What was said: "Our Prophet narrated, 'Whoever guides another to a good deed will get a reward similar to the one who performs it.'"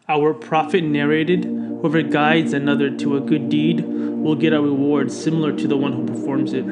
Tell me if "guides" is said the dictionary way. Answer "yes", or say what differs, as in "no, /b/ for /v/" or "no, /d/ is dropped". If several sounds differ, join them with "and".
yes